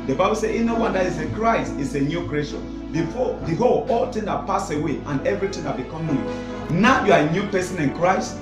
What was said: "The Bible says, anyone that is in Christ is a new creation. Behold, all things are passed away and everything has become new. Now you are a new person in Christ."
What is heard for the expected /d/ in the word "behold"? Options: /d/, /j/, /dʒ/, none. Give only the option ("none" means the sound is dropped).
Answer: none